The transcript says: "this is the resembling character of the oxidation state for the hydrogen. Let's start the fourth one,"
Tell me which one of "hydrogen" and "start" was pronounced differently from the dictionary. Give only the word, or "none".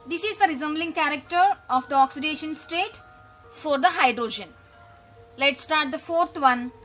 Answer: none